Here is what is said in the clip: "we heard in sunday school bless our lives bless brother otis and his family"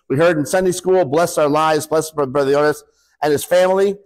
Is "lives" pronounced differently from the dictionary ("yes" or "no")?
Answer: no